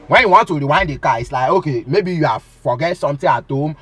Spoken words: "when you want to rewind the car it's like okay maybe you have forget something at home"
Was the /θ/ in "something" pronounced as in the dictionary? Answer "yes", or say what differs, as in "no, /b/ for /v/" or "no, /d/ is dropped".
no, /t/ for /θ/